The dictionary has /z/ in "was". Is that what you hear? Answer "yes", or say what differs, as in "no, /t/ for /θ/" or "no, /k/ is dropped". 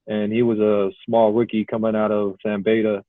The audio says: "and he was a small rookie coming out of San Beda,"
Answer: yes